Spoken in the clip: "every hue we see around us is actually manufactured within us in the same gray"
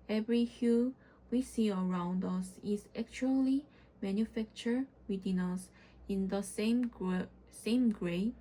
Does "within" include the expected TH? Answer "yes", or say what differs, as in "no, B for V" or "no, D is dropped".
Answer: no, T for TH